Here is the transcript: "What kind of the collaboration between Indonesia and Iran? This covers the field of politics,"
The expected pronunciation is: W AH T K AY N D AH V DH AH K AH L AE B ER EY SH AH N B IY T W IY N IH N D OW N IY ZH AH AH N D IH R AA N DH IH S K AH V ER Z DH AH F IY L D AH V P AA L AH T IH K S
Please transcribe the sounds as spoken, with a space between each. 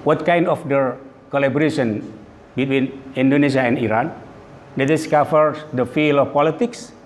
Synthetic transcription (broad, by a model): W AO T K AY N D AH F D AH K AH L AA B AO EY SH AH N B IY T W IY N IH N D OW N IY S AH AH N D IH R AA N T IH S K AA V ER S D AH F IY L AH F P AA L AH T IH K S